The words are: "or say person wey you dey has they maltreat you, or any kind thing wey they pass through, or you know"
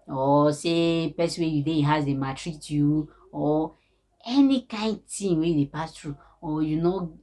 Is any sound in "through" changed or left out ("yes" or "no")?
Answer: yes